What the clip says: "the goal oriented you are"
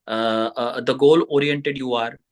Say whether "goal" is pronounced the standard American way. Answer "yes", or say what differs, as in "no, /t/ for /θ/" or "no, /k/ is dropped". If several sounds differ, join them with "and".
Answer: yes